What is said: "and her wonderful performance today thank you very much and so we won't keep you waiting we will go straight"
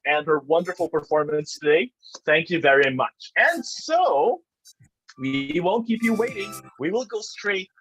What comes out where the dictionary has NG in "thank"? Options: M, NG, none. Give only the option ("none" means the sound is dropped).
NG